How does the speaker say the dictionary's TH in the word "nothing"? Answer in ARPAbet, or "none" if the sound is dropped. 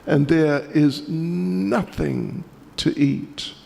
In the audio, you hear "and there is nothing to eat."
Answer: TH